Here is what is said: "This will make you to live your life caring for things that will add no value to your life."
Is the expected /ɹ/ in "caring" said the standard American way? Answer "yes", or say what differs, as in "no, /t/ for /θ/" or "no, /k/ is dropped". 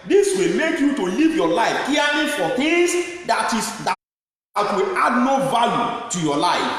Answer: no, /l/ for /ɹ/